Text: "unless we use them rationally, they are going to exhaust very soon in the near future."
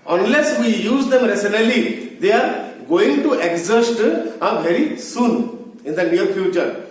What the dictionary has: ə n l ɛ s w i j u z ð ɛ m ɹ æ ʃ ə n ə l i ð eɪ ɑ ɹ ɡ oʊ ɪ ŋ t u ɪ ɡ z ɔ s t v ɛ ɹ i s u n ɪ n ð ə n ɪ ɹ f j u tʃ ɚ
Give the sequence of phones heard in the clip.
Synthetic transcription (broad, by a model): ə n l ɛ s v i j u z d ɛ m ɹ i s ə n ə l i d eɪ ɑ ɹ ɡ oʊ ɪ ŋ t u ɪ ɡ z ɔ s t v ɛ ɹ i s u n ɪ n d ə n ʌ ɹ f j u tʃ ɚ